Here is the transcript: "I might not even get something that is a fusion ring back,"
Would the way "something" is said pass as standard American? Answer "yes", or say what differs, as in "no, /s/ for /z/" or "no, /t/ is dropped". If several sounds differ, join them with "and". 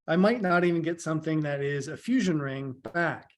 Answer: yes